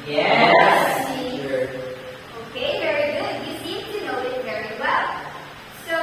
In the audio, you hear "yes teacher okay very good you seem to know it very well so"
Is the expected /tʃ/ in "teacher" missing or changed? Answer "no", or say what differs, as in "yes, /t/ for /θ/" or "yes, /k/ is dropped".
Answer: yes, /tʃ/ is dropped